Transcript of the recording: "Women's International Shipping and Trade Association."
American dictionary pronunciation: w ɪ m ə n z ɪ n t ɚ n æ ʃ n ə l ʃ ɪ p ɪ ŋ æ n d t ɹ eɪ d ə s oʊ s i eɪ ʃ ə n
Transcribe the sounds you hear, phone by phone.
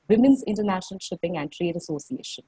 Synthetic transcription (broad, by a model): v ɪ m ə n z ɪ n t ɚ n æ ʃ n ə l ʃ ɪ p ɪ ŋ æ n d t ɹ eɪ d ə s oʊ s i eɪ ʃ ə n